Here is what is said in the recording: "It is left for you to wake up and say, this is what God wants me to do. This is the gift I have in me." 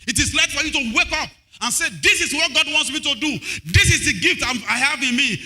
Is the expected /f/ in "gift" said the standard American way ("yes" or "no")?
yes